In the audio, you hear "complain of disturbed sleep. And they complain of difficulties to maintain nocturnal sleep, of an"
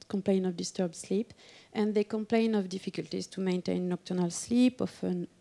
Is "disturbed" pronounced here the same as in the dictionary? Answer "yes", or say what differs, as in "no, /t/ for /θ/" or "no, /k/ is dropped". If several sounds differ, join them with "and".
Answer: yes